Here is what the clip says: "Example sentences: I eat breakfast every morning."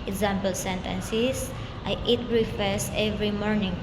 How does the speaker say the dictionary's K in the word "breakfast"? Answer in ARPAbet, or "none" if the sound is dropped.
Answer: none